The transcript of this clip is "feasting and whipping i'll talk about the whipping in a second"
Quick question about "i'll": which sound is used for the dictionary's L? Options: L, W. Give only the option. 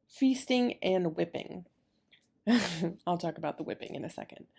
L